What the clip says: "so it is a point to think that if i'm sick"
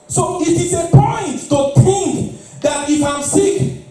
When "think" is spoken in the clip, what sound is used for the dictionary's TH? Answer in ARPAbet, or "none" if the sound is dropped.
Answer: T